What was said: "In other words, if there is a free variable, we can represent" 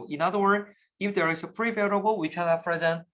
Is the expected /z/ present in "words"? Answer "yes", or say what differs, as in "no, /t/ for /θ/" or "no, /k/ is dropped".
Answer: no, /z/ is dropped